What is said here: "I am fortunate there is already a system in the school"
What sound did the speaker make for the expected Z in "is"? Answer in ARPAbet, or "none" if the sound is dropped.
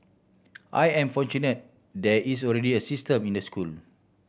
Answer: S